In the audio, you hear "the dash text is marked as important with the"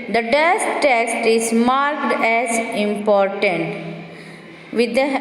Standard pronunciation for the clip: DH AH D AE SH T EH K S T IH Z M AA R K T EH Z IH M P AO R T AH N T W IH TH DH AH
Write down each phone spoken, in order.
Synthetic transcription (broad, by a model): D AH D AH S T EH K S T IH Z M AA R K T EH Z IH M P AO R T AH N T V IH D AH